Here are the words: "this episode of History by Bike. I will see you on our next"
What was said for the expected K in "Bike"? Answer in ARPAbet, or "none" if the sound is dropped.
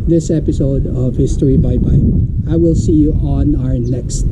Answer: none